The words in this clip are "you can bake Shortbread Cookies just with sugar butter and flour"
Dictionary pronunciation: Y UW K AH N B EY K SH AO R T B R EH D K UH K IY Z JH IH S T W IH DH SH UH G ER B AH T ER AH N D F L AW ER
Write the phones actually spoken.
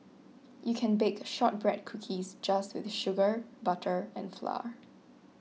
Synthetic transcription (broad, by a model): Y UW K AH N B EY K SH AO T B R EH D K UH K IY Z JH IH S T W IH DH SH UH G ER B AH T ER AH N F L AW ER